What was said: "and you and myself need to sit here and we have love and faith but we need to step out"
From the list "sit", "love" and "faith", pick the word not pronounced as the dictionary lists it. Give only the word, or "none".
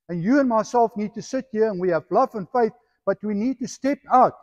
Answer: none